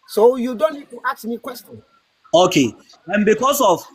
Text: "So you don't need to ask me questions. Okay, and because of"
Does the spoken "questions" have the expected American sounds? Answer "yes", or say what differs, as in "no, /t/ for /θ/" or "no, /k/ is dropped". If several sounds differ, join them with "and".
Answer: no, /z/ is dropped